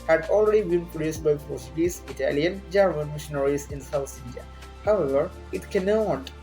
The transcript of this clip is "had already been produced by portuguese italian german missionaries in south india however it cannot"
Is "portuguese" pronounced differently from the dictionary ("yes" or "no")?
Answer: yes